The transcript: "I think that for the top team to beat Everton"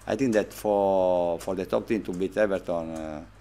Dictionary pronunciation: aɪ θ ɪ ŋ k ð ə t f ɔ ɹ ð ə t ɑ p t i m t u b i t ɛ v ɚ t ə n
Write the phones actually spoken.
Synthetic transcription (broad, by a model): aɪ t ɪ ŋ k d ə t f ɔ ɹ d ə t ɑ p t i m t u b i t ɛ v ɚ t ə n